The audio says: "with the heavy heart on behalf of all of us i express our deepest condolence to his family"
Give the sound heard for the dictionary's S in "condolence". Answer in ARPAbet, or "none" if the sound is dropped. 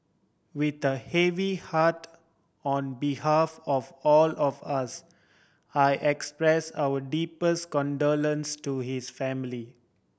S